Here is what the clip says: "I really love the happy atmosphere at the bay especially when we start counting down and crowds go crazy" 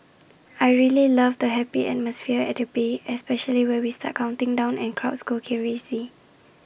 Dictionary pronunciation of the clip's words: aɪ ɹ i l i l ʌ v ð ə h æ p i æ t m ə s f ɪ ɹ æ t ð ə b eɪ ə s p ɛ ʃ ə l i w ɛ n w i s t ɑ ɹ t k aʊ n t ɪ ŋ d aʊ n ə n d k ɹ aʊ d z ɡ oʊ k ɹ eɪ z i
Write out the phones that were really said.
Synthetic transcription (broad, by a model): aɪ ɹ i l i l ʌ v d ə h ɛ p i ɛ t m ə s f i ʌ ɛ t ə b eɪ ə s p ɛ ʃ ə l i w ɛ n w i s t ɑ t k aʊ n t ɪ ŋ d aʊ n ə n k ɹ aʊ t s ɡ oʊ k ɹ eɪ s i